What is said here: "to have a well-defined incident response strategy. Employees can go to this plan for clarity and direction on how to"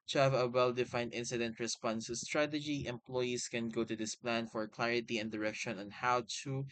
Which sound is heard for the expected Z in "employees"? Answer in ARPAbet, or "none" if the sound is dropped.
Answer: S